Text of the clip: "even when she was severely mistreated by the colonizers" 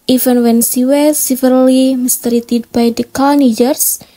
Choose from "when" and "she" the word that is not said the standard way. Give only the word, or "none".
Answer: she